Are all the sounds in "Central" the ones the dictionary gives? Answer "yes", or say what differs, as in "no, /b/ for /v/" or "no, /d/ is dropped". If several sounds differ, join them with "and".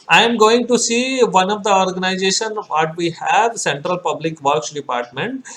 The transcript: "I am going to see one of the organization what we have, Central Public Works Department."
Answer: yes